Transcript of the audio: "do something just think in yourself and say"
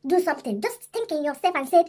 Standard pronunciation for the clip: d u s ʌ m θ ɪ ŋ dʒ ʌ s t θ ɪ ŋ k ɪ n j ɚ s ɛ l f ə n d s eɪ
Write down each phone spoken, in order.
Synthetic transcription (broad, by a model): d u s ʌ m t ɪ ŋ dʒ ʌ s t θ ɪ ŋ k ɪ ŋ j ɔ s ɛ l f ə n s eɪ